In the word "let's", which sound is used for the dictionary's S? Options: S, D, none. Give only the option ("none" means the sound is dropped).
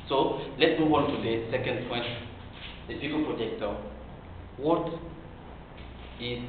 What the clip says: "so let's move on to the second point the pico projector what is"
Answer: none